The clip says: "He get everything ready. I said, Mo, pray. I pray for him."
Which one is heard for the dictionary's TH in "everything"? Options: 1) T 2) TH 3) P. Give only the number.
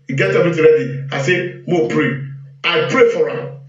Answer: 1